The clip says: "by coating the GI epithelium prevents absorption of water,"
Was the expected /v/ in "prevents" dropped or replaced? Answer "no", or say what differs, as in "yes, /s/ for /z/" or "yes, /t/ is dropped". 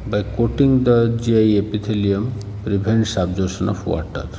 yes, /b/ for /v/